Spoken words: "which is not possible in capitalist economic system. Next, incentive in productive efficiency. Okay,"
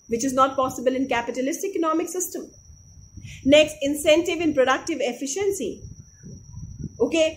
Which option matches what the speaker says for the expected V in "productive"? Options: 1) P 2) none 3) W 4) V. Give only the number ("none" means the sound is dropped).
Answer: 4